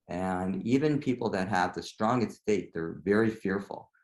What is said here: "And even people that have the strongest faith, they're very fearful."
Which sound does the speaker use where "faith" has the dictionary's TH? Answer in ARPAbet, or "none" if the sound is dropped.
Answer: T